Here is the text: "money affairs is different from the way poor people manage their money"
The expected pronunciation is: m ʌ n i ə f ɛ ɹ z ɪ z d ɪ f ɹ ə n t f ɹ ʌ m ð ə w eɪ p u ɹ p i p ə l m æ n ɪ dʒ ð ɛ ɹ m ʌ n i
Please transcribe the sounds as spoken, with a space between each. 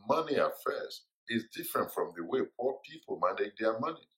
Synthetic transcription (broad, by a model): m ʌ n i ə f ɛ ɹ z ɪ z d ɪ f ɹ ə n t f ɹ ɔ m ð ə w eɪ p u l p i p ə l m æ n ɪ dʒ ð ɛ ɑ m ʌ n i